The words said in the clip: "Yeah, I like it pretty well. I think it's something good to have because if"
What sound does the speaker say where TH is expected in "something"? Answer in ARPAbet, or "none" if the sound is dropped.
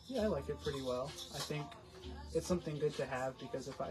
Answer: TH